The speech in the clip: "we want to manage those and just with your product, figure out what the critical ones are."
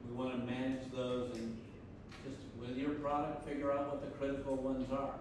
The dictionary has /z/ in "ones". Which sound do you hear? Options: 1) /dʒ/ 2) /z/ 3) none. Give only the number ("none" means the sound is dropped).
2